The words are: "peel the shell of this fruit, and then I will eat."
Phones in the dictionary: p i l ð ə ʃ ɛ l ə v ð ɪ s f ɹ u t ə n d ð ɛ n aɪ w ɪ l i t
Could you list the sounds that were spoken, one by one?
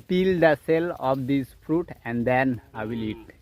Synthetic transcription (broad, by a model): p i l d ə s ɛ l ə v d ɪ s f ɹ u t ə n d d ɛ n aɪ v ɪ l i t